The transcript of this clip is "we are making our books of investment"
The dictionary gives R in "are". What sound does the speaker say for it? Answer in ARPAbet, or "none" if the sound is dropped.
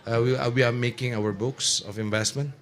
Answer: W